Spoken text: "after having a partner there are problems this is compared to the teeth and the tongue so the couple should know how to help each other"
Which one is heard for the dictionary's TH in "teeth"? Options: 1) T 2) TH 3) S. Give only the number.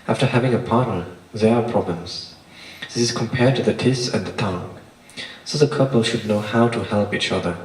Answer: 3